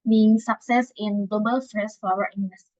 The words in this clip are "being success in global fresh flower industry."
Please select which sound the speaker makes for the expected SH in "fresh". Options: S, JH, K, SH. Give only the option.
S